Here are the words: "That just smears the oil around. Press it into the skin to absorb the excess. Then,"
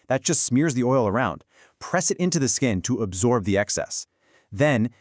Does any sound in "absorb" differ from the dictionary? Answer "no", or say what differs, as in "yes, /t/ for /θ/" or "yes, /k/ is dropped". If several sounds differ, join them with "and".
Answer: no